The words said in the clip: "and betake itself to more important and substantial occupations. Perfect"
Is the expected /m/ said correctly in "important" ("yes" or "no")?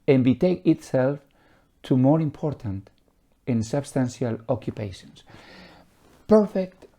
yes